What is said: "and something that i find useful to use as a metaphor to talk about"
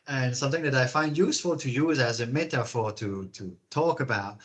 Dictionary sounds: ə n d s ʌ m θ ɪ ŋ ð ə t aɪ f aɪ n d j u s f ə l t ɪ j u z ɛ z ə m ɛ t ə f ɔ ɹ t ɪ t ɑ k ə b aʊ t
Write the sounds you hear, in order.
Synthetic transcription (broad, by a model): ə n s ʌ m θ ɪ ŋ ð ə t aɪ f aɪ n d j u s f ə l t ɪ j u z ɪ z ə m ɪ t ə f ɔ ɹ t ɪ t ɑ k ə b aʊ t